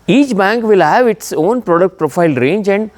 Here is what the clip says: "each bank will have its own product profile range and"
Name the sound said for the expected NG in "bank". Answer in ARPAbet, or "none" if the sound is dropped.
NG